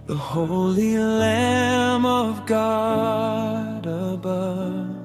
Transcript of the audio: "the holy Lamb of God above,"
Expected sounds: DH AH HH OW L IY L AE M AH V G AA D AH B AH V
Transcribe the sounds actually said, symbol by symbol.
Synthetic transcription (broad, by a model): DH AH HH OW L IY L AE M AH V G AA D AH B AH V